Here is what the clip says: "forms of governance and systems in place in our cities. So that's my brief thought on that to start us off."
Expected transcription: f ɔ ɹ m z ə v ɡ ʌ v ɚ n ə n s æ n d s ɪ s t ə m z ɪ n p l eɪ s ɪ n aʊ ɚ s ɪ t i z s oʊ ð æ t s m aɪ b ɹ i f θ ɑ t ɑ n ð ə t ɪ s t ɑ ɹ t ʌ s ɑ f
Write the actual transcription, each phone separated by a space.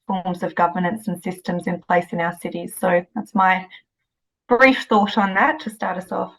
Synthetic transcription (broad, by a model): f ɔ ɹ m z ə v ɡ ʌ v ɚ n ə n s n s ɪ s t ə m z ɪ n p l eɪ s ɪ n aʊ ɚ s ɪ t i z s oʊ ð æ t s m aɪ b ɹ i f θ ɑ t n ð ə t ɪ s t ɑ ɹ t ʌ s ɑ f